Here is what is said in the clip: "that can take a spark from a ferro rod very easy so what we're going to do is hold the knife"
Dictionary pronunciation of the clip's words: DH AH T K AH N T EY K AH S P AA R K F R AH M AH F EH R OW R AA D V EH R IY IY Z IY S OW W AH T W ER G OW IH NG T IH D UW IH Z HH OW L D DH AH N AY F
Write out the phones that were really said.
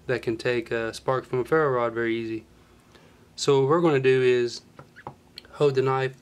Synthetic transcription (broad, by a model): DH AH T K AH N T EY K AH S P AA R K F R AH M AH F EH R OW R AA D V EH R IY IY Z IY S OW W AH T W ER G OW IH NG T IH D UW IH Z HH OW D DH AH N AY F